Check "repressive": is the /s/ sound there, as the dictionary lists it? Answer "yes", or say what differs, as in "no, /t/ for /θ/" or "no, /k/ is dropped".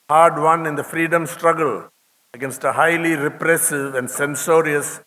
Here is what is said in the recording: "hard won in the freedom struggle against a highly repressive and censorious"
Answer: yes